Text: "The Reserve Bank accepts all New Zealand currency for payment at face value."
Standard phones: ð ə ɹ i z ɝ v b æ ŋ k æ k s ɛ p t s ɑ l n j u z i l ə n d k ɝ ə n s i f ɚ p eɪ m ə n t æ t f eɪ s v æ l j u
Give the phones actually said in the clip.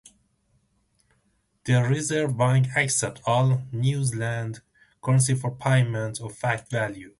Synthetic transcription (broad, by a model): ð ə ɹ i z ɝ v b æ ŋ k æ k s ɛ t ɑ l n j u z l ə n d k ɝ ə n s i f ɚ p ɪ m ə n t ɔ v f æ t v æ l j u